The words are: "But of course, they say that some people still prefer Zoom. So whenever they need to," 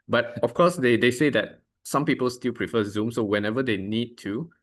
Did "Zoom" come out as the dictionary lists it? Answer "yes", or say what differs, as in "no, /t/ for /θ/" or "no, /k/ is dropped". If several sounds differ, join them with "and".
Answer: yes